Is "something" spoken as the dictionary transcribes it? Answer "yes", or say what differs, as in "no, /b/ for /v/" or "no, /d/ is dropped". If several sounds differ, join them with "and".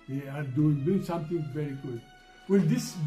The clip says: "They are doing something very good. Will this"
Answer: no, /t/ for /θ/